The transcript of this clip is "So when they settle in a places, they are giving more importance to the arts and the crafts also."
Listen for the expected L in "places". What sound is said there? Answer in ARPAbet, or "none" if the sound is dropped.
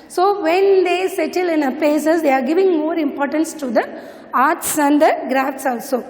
none